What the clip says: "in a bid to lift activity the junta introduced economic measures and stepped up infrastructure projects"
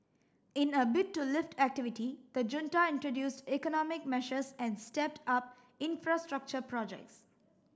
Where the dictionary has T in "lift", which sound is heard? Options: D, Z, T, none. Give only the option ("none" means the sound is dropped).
T